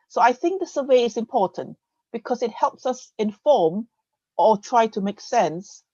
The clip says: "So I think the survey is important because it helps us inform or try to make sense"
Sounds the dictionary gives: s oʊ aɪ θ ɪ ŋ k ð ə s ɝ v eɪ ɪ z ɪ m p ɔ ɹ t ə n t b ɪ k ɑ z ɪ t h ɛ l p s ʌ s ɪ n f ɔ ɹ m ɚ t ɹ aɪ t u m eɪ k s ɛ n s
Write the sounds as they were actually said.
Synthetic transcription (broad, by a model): s oʊ aɪ θ ɪ ŋ k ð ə s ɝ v eɪ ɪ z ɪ m p ɔ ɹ t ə n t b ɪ k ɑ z ɪ t h ɛ l p s ʌ s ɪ n f ɔ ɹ m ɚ t ɹ aɪ t u m eɪ k s ɛ n s